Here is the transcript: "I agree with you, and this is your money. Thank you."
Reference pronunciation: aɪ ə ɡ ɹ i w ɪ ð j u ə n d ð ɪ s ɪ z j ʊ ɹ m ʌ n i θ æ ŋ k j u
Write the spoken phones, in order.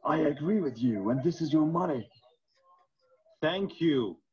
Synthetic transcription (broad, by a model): aɪ ə ɡ ɹ i w ɪ ð j u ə n ð ɪ s ɪ z j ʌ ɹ m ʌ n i θ æ ŋ k j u